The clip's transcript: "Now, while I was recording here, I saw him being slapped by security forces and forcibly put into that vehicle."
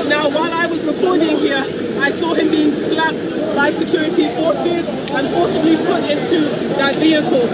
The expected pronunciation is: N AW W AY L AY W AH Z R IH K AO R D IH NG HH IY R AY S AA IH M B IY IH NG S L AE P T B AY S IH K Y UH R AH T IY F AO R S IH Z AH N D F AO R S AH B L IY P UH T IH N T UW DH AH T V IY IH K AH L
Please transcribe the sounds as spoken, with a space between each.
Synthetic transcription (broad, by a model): N AW W AY L AY W AH Z R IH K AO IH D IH NG HH IY R AY S AA IH M B IY IH NG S L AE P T B AY S IH K Y UH R AH T IY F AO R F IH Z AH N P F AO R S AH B L IY P UH T IH N T UW DH AH T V IY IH K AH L